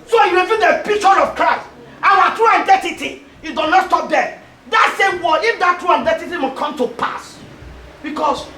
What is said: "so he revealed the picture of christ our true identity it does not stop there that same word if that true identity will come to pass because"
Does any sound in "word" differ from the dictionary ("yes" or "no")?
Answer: yes